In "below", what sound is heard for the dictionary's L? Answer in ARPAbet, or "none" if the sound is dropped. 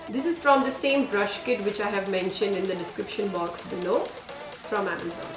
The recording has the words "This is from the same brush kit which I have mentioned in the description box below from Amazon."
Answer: N